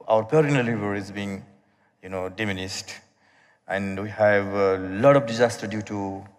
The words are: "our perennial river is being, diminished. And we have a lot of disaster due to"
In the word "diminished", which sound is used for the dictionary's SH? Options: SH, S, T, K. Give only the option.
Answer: S